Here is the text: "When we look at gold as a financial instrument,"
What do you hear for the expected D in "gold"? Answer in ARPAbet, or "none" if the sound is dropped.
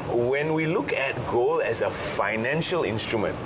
none